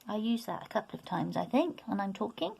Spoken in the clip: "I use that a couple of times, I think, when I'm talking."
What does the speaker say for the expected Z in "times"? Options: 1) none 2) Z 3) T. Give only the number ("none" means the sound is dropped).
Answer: 2